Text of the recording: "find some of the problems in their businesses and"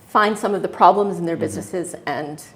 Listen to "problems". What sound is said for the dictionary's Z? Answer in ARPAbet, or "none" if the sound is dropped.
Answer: Z